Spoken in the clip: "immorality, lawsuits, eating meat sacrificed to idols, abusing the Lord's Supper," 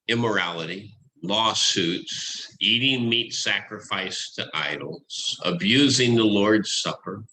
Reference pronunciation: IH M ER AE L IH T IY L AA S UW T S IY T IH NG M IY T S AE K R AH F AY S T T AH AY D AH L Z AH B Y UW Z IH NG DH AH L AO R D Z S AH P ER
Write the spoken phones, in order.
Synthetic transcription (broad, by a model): IH M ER AE L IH T IY L AA S UW T S IY T IH NG M IY T S AE K R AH F AY S T T AH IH D L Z AH B Y UW Z IH NG DH AH L AO R D Z S AH P ER